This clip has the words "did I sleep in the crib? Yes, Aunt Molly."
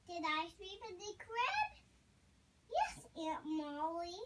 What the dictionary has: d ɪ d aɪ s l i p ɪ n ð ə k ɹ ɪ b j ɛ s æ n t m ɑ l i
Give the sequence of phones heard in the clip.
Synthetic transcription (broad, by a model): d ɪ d aɪ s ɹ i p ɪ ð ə k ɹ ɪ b j ɛ s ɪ t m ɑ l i